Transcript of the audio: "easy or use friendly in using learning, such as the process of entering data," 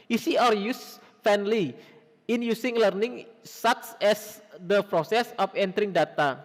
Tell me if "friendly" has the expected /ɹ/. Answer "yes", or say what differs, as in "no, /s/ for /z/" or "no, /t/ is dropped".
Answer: no, /ɹ/ is dropped